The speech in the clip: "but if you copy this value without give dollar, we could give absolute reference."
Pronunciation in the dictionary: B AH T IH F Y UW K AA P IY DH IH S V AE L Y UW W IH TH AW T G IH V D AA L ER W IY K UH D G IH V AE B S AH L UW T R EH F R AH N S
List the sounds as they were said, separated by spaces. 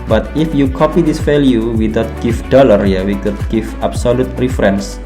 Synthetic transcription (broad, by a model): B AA T IH F Y UW K AA P IY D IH S F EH L Y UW W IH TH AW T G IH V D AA L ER W IY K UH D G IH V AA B S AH L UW T R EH F R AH N S